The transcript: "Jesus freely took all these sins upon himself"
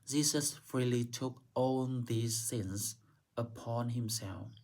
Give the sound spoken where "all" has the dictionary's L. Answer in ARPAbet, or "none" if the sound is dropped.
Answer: N